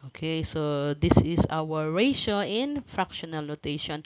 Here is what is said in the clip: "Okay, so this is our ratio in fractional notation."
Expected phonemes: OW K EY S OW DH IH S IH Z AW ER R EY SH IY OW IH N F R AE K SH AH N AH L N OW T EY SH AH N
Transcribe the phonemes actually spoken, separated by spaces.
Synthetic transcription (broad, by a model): OW K EY S OW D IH S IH S AW ER R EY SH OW IH N F R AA K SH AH N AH L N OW T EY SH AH N